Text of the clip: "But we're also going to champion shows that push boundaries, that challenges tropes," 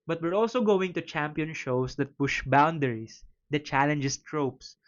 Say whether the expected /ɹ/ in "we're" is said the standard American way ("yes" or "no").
yes